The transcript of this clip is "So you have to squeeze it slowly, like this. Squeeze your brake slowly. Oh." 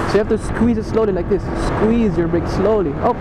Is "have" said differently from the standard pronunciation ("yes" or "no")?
yes